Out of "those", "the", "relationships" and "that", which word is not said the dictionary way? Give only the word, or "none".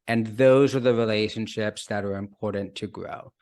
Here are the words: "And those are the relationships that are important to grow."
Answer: none